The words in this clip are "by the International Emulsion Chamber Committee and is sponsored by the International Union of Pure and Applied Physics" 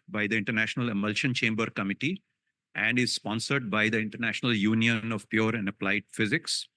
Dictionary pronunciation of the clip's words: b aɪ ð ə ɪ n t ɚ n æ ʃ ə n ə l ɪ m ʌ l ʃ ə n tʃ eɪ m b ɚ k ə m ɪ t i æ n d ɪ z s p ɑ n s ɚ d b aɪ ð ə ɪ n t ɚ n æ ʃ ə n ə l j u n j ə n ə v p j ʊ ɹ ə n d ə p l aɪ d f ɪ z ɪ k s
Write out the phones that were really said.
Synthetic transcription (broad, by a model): b aɪ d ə ɪ n t ɚ n æ ʃ ə n ə l ɪ m ʌ l ʃ ə n tʃ eɪ m b ɚ k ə m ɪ t i æ n d ɪ z s p ɑ n s ɚ d b aɪ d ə ɪ n t ɚ n æ ʃ ə n ə l j u n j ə n ə v p j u ɹ ə n d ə p l aɪ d f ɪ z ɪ k s